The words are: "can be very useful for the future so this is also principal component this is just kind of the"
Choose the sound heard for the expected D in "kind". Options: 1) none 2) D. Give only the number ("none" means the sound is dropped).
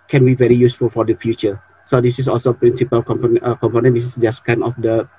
1